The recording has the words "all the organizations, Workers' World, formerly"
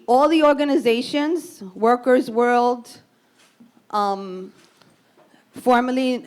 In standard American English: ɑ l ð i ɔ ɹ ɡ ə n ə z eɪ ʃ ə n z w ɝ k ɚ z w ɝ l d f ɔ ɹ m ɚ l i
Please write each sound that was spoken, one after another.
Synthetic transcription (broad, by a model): ɑ l ð i ɔ ɹ ɡ ə n ə z eɪ ʃ ə n z w ɝ k ɚ z w ɝ l d f ɔ ɹ m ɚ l i